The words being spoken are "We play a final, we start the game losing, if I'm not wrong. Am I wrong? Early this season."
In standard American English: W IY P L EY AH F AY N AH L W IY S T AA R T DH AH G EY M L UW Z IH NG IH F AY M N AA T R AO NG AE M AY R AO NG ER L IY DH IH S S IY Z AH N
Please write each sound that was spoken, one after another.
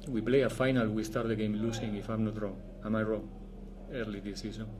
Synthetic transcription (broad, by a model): W IY P L EY AH F AY N AH L W IY S T AA R T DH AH G EY M L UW S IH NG IH F AY M N AA T R AO NG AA M AY R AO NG ER L IY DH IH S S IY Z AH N